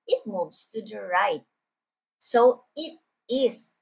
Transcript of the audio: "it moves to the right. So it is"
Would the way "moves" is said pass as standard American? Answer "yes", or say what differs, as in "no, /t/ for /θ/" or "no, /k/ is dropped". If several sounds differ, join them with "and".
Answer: no, /s/ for /z/